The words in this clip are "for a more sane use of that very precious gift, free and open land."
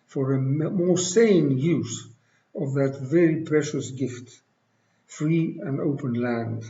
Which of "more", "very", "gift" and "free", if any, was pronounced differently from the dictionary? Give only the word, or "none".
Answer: none